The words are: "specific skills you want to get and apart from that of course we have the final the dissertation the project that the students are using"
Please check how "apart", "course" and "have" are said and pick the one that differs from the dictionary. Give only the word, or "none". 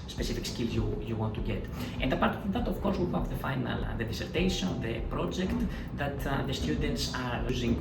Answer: have